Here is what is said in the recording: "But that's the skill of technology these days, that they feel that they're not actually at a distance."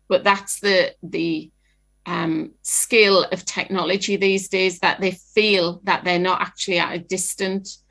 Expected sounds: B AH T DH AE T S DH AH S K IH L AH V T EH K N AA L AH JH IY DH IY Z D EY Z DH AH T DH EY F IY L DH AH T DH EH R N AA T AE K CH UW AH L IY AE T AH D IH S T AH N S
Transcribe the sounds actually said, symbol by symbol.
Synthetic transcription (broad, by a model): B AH T DH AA T S DH AH S K IH L AH V T EH K N AA L AH JH IY DH IY Z D EY Z DH AH T DH EY F IY L DH AH T DH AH N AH T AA K CH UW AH L IY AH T AH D IH S T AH N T